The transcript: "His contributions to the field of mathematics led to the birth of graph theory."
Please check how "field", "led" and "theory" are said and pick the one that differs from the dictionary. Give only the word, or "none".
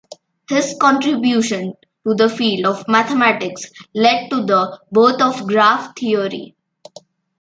theory